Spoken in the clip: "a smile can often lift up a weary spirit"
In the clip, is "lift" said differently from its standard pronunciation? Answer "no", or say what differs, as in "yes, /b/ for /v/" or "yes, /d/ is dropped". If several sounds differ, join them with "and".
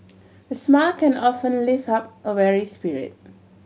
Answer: yes, /t/ is dropped